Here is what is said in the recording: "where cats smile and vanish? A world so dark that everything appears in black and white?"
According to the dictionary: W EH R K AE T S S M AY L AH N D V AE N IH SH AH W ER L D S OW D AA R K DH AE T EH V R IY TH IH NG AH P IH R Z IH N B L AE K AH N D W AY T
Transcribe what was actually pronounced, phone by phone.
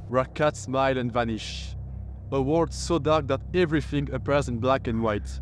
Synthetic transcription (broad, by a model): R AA K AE T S S M AY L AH N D V AE N IH SH AH W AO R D S OW D AA R K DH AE T EH V R IY TH IH NG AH P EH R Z IH N B L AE K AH N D W AY T